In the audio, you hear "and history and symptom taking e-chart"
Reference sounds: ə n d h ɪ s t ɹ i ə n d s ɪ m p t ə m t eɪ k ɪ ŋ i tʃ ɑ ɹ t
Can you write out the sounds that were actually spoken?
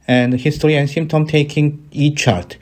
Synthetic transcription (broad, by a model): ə n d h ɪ s t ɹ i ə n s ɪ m t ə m t eɪ k ɪ ŋ i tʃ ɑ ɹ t